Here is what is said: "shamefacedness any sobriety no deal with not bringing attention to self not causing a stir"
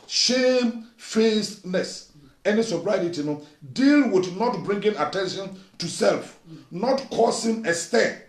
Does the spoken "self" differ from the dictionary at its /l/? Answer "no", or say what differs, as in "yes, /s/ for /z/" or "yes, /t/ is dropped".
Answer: no